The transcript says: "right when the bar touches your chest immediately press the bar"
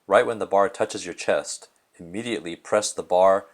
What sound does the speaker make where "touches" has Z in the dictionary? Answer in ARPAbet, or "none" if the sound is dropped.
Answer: Z